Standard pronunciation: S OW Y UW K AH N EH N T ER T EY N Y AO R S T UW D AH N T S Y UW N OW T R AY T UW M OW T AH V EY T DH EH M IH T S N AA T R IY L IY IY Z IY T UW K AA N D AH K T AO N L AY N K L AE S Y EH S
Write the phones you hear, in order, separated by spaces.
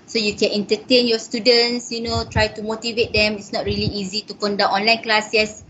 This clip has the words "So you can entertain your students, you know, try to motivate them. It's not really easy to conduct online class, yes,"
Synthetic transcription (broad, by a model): S OW Y UW K AH N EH N T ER T EY N Y AO S T UW D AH N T S Y UW N OW T R AY T UW M OW T AH V EY T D EH M IH T S N AA T R IY L IY IY Z IY T UW K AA N D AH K AO N L AY N K L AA S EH S